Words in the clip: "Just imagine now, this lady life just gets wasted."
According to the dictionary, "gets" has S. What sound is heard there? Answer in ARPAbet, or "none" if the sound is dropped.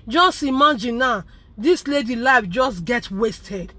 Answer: none